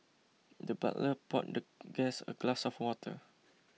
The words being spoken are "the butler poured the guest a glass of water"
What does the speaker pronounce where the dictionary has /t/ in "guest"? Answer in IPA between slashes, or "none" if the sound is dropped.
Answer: none